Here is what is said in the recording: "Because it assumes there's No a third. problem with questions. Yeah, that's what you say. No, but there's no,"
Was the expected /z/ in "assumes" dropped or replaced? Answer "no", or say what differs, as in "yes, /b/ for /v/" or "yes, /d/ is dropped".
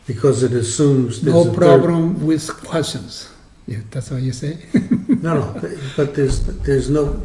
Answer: no